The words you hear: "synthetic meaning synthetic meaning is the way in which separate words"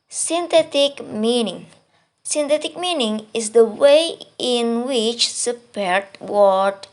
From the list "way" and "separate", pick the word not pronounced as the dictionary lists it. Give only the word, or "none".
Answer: separate